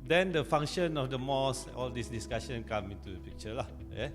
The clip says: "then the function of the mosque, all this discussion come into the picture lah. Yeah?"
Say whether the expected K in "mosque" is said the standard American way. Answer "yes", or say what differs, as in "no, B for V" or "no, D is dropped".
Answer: no, K is dropped